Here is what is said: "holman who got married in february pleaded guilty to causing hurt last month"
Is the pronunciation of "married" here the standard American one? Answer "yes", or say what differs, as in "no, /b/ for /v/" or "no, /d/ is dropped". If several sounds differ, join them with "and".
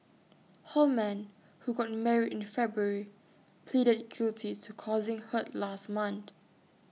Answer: no, /d/ is dropped